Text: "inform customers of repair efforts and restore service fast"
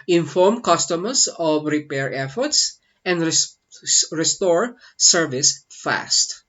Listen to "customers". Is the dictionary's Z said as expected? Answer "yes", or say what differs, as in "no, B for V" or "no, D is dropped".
no, S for Z